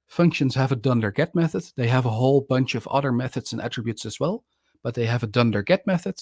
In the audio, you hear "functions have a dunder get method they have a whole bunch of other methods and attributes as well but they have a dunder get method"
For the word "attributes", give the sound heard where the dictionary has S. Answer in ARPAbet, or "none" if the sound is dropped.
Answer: S